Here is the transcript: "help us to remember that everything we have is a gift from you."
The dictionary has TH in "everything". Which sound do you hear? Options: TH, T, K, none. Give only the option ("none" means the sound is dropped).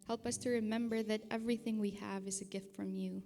TH